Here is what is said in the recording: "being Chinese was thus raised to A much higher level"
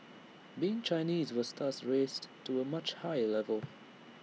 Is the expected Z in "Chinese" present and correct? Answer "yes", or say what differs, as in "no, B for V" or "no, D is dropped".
yes